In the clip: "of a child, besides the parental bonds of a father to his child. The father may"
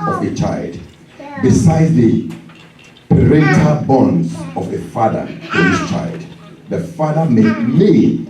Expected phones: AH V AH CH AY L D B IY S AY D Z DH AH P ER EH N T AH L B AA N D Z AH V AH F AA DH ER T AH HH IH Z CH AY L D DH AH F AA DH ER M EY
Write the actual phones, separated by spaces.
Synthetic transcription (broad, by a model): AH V AH CH AY L D B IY S AY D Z DH AH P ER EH T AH B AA N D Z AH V AH F AA DH ER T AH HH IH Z CH AY L D DH AH F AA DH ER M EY